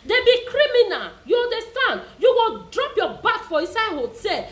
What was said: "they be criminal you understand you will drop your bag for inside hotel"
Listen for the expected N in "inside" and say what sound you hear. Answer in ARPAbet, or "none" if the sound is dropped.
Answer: none